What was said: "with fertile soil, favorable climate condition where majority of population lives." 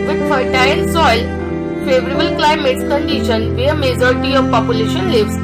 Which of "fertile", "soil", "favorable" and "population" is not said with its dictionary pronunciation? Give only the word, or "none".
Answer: fertile